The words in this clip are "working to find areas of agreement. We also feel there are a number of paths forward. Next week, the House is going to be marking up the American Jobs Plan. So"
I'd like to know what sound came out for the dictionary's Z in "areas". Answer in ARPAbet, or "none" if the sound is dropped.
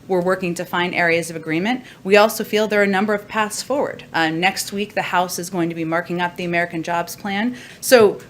Z